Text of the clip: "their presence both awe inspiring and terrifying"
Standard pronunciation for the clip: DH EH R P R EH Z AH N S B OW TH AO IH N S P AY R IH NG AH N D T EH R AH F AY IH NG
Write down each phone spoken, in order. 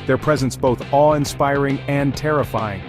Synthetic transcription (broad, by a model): DH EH R P R EH Z AH N S B OW TH AO IH N S P AY R IH NG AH N T EH R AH F AY IH NG